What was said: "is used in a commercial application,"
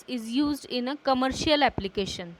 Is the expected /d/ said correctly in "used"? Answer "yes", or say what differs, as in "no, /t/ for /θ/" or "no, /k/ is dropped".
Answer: yes